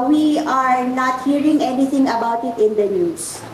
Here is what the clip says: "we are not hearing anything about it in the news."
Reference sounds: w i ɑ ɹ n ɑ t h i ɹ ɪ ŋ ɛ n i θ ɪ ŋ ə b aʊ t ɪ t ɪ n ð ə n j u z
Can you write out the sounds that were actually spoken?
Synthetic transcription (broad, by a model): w i ɑ ɹ n ɑ t h i ɹ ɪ ŋ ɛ n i t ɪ ŋ ə b aʊ t ɪ t ɪ n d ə n j u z